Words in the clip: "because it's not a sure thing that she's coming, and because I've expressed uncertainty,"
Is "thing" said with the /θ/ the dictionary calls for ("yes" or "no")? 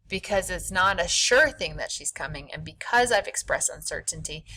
yes